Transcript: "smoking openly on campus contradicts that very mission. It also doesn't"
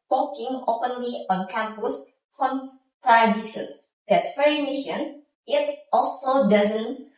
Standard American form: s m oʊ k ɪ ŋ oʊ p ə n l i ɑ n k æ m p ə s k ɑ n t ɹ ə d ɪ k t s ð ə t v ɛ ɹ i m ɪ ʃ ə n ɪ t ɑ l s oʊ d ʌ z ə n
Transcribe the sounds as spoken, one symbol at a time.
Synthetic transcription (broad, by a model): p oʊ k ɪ ŋ oʊ p ə n l i ɑ n k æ m p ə s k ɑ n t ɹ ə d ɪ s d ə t f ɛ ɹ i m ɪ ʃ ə n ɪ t ɑ l s oʊ d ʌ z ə n